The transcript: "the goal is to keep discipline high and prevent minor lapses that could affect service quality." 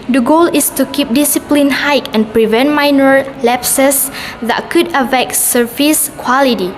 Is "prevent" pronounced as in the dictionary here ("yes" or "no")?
yes